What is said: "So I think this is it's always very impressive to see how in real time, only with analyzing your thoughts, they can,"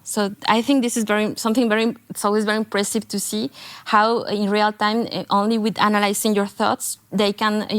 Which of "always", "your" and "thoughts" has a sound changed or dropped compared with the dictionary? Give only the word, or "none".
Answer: none